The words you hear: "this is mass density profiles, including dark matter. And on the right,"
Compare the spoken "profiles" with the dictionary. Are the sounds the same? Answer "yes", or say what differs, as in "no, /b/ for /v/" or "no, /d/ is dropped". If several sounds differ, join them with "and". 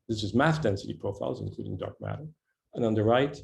yes